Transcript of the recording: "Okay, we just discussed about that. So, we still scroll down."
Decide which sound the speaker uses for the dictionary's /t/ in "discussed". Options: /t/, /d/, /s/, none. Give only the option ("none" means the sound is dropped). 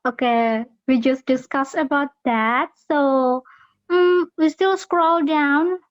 none